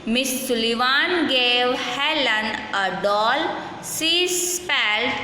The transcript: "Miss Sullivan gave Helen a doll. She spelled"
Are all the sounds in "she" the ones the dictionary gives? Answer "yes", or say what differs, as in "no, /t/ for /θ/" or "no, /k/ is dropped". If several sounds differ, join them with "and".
no, /s/ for /ʃ/